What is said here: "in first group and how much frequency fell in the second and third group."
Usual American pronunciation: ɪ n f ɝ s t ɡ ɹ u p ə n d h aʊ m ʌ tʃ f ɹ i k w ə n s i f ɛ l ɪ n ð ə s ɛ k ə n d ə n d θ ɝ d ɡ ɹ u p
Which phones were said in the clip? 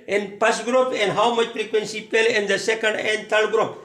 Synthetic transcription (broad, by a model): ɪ n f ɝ s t ɡ ɹ u p ə n d h aʊ m ʌ tʃ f ɹ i k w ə n s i p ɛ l ɪ n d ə s ɛ k ə n d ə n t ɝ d ɡ ɹ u p